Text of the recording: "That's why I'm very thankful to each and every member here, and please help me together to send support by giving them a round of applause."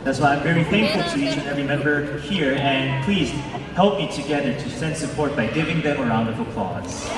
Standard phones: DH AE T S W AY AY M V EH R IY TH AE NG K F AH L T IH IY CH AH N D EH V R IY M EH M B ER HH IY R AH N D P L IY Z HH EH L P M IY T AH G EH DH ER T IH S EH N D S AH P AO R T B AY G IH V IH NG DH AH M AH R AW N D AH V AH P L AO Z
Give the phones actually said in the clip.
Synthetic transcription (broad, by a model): DH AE T S W AY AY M V EH R IY TH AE NG K F L T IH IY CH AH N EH R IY M EH M B ER HH IY R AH N P L IY Z HH EH L P M IY T AH G EH DH ER T IH S EH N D S AH P AO R T B AY G IH V IH NG DH AH M AH R AW N D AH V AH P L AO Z